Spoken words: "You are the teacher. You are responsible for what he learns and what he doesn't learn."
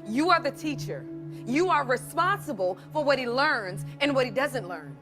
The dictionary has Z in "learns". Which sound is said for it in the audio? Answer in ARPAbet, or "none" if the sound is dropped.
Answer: Z